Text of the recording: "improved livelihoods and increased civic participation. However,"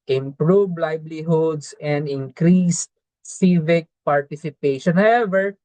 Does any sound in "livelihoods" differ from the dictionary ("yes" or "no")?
yes